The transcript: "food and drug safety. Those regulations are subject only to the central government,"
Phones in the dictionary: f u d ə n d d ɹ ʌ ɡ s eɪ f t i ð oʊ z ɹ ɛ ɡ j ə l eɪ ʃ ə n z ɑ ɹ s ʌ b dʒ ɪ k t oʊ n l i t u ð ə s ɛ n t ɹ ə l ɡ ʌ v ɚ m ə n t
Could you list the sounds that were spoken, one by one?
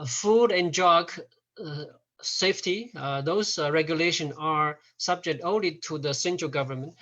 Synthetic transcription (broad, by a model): f u d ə n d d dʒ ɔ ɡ s eɪ f t i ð oʊ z ɹ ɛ ɡ j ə l eɪ ʃ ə n ɑ ɹ s ʌ b dʒ ɪ k t oʊ n l i t u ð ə s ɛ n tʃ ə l ɡ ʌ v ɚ m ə n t